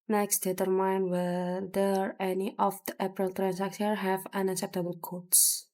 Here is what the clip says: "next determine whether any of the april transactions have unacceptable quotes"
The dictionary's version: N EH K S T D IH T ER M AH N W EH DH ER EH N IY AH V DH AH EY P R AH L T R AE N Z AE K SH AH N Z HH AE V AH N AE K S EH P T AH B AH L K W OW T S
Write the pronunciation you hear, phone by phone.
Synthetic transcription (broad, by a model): N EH K S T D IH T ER M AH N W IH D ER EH N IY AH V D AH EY P R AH L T R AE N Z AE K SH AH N HH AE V AH N AE K S EH P T AH B AH L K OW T S